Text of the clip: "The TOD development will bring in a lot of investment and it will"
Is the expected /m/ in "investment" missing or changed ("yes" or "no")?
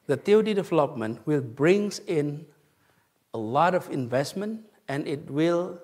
no